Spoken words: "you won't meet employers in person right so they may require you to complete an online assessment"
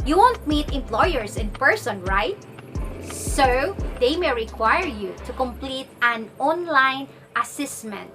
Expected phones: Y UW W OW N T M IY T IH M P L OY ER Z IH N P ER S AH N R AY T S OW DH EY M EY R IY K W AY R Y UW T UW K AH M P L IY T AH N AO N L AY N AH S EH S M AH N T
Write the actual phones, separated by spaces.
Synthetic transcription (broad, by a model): Y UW W OW N T M IY T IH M P L OY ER S IH N P ER S AH N R AY T S OW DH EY M EY R IY K W AY R Y UW T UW K AH M P L IY T AH N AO N L AY N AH S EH S M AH N T